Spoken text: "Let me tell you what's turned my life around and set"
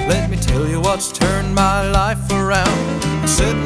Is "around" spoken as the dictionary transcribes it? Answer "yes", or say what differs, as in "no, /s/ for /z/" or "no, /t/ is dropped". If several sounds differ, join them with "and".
no, /n/ is dropped